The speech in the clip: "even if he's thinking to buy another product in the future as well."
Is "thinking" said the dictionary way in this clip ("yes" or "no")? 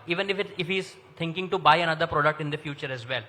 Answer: no